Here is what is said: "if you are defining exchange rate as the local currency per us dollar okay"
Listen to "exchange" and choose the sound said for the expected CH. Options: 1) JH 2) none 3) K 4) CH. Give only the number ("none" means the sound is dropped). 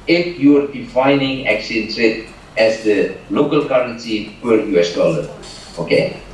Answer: 2